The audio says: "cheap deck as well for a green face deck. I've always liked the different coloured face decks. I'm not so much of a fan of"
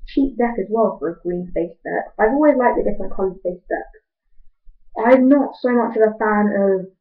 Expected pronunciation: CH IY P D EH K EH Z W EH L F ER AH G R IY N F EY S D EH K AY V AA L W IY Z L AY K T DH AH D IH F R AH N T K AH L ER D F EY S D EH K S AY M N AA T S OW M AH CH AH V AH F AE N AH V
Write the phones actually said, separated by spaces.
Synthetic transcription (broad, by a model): CH IY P D EH K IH Z W EH L F ER AH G R IY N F EY S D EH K AY V AA L W IY Z L AY K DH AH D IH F AH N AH K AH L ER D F EY S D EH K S AY M N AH T S OW M AH CH AH V AH F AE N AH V